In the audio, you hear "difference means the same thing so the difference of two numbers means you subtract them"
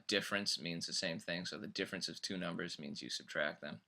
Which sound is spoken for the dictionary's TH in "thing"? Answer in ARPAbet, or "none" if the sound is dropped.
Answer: TH